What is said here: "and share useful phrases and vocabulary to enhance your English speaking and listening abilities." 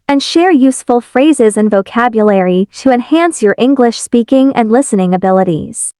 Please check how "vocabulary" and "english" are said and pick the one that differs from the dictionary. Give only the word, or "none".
none